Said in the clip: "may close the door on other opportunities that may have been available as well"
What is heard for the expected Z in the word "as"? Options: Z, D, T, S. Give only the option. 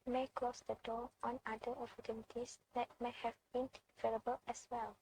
S